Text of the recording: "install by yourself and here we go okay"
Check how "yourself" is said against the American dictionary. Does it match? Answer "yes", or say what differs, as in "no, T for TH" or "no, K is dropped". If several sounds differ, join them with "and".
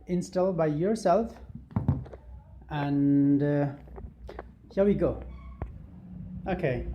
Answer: yes